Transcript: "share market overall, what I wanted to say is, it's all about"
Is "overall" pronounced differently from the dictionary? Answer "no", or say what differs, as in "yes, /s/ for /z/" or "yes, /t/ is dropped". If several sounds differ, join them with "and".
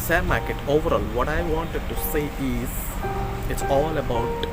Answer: no